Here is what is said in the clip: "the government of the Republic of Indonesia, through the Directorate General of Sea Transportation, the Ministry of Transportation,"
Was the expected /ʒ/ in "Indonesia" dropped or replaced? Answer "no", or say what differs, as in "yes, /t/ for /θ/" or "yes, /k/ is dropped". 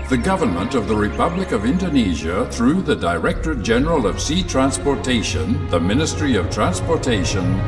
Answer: no